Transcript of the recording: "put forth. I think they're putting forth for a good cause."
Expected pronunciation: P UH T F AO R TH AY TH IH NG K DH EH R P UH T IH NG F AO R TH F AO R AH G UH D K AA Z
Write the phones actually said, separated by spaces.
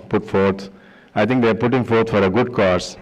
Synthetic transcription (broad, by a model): P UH T F AO R T AY T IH NG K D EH R P UH T IH NG F AO R T F AO R AH G UH D K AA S